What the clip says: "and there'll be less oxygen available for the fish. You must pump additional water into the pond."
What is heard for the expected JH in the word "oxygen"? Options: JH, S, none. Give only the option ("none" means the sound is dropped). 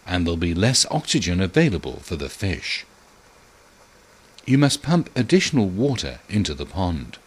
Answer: JH